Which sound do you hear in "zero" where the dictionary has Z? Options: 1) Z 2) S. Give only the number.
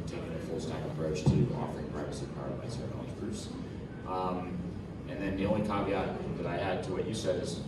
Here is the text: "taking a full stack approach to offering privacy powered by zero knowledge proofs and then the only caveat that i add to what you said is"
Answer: 2